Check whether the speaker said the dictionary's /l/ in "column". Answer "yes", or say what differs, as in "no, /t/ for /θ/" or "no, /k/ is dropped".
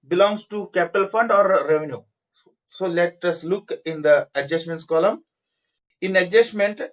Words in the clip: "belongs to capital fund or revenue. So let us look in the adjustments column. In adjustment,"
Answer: yes